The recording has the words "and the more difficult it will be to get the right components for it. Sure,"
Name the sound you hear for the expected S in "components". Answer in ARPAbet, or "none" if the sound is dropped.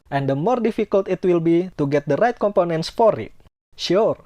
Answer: S